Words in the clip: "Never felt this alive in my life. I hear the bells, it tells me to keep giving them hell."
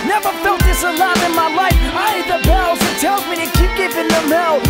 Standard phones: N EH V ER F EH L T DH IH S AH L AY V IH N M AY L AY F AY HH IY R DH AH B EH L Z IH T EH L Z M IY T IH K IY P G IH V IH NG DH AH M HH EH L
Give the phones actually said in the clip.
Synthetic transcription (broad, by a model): N EH V ER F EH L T DH IH S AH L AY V IH N M AY L AY F AY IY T DH AH B EH L Z IH T EH L Z M IY T IH K IY P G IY P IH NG DH AH M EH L